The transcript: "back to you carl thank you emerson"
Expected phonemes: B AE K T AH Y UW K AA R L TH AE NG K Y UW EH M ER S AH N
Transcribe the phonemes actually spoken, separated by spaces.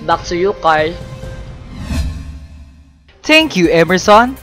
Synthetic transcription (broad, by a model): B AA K S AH Y UW K AA R L T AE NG K Y UW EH M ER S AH N